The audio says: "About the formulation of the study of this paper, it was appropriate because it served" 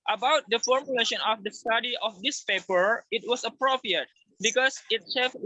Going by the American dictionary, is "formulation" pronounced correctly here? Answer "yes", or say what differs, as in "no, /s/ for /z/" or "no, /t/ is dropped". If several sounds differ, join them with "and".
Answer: yes